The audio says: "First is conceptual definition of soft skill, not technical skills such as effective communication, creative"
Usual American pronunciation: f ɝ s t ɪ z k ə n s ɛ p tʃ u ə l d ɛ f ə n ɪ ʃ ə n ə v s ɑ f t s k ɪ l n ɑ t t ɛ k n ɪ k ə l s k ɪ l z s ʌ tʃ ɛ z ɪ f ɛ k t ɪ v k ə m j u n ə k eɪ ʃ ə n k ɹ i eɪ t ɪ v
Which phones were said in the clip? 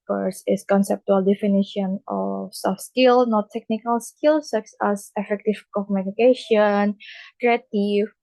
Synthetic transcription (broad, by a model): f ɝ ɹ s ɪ s k ə n s ɛ p tʃ u ə l d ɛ f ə n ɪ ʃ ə n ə f s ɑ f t s k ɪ l n ɑ t t ɛ k n ɪ k ə l s k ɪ l s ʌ s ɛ s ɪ f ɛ k t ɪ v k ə m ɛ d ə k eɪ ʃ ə n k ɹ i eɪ t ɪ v